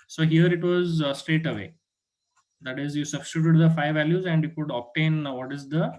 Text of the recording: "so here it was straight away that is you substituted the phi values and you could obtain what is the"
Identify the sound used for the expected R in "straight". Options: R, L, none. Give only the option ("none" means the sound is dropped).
R